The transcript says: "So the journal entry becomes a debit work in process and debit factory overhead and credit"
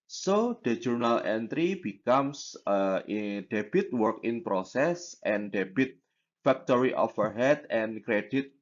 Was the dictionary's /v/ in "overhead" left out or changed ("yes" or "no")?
yes